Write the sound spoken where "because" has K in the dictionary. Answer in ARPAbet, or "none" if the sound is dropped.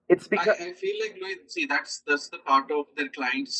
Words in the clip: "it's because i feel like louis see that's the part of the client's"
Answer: none